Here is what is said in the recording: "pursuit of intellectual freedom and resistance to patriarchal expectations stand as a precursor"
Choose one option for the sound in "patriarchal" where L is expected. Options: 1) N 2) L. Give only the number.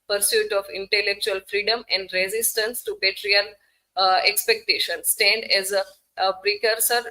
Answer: 1